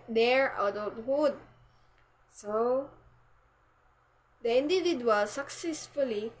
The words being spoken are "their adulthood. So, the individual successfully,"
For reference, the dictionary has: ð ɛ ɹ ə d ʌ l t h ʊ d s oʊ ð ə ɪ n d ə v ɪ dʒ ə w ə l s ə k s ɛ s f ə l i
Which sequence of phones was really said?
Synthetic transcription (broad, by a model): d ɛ ɹ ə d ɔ t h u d s oʊ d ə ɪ n d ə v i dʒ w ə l s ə k s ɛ s f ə l i